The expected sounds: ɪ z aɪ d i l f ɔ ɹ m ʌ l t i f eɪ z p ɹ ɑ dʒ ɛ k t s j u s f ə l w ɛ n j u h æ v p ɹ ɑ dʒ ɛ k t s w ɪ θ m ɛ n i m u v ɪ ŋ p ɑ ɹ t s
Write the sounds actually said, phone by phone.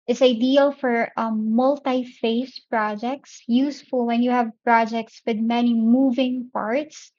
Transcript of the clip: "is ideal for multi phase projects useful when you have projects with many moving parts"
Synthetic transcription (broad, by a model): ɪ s aɪ d i l f ɔ ɹ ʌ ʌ l t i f eɪ s p ɹ ɑ dʒ ɛ k t s j u s f ə l w ɛ n j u h æ v p ɹ ɑ dʒ ɛ k t s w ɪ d m ɛ n i m u v ɪ ŋ p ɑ ɹ t s